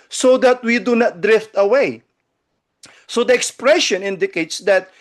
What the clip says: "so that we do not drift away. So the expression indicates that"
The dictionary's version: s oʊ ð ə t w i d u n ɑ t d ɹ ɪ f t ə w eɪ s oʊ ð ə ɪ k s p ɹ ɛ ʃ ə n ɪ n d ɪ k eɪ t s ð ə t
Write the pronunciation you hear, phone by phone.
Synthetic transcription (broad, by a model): s oʊ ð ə t w i d u n ɑ t d ɹ ɪ f t ə w eɪ s oʊ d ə ɪ k s p ɹ ɛ ʃ ə n ɪ n d ɪ k eɪ t s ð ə t